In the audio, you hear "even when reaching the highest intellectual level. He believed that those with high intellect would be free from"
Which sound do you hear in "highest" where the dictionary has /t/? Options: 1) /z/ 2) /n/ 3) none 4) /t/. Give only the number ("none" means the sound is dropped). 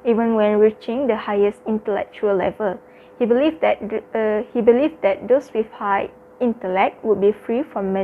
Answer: 4